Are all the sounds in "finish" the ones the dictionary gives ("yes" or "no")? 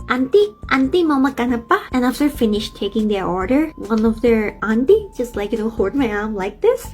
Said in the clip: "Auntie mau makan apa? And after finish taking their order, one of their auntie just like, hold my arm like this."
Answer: yes